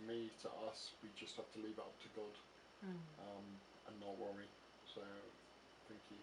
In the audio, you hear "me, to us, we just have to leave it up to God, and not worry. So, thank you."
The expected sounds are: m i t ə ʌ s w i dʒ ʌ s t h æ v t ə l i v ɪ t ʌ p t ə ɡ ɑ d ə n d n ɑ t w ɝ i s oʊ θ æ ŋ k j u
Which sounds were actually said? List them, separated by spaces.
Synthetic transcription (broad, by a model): m i t ə ʌ s w i dʒ ʌ s t h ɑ f t ə l i v ɪ t ʌ p t ə ɡ ɑ d ə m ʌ n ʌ t w ɝ i s oʊ θ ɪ ŋ k j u